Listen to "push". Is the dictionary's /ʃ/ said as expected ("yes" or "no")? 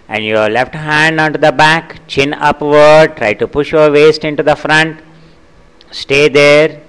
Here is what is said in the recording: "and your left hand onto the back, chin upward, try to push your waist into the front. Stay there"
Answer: yes